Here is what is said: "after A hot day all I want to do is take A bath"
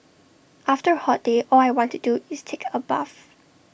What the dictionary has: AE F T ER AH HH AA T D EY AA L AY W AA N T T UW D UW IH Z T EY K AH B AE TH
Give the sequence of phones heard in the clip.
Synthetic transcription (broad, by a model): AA F T ER HH AA T D EY AA L AY W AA N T T UW D UW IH S T EY K AH B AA F